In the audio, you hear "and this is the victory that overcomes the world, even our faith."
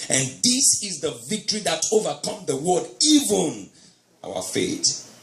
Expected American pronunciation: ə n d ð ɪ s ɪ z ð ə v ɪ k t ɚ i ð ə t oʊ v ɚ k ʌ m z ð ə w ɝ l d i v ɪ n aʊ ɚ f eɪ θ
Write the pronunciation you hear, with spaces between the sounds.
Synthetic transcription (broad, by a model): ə n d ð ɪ s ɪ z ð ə v ɪ k t ɚ i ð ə t oʊ v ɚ k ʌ m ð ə w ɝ d i v ɪ n aʊ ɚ f eɪ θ